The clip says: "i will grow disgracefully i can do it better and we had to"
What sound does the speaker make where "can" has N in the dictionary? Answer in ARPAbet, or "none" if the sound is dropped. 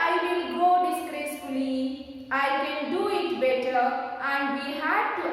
L